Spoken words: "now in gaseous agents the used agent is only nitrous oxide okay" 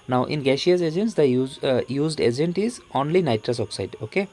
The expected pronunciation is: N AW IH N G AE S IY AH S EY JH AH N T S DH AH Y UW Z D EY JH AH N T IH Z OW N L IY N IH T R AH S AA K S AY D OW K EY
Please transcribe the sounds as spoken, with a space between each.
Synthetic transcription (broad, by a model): N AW IH N G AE SH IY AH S EY JH AH N T S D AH Y UW Z D EY JH AH N T IH Z OW N L IY N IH T R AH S AA K S AY D OW K EY